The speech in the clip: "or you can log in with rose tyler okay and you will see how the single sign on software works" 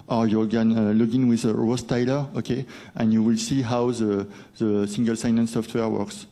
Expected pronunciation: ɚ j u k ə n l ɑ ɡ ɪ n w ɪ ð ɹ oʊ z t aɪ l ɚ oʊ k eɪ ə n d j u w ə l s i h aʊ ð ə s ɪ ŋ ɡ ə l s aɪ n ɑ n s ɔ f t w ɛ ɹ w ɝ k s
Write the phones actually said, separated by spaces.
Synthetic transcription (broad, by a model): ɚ j u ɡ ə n l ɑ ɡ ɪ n w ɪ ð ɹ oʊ s t aɪ l ɚ oʊ k eɪ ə n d j u w ə l s i h aʊ ð ə s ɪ ŋ ɡ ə l s aɪ n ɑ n s ɔ f t w ɛ ɹ w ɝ k s